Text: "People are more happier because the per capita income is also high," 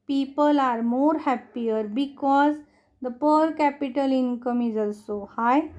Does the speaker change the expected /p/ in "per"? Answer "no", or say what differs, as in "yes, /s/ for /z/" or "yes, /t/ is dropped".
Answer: no